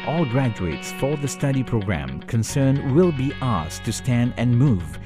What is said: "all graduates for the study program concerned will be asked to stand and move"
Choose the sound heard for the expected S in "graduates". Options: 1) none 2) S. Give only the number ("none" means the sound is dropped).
2